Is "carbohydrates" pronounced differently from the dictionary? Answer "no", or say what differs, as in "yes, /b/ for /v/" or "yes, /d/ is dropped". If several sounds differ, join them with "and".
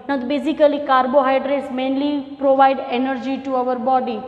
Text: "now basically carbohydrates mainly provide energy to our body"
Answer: no